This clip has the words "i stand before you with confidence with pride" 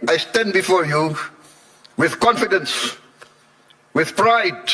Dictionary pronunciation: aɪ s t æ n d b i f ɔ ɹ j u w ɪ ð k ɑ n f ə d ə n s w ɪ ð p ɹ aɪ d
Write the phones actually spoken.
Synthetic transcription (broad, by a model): aɪ s t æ n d b i f ɔ ɹ j u w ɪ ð k ɑ n f ə d ə n s w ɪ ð p ɹ aɪ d